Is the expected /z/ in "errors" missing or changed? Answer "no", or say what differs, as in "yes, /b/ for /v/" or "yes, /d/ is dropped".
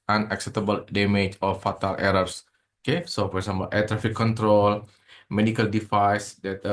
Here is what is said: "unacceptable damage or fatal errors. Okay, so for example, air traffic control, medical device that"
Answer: yes, /s/ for /z/